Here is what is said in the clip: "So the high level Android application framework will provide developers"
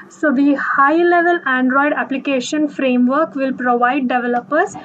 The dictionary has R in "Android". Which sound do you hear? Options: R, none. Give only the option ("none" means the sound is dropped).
R